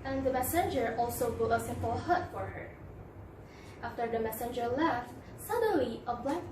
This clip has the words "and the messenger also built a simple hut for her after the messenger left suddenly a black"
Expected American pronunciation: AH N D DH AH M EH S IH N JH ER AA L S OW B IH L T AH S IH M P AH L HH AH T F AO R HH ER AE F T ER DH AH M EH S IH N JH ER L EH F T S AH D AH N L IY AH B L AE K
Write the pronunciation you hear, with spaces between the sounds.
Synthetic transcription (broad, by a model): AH N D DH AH M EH S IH N JH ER AA L S OW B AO T AH S IH M P AH L HH AH T F AO R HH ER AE F T ER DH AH M EH S IH N JH ER L EH F T S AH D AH N L IY AH B L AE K